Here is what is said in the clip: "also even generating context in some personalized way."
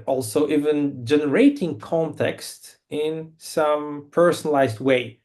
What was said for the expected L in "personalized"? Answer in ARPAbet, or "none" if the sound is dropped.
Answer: L